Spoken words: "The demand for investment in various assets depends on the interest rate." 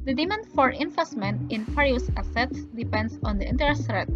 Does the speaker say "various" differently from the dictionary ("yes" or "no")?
yes